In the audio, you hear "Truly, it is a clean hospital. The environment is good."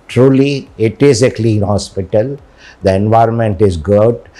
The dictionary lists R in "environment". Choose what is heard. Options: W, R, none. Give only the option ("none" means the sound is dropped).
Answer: R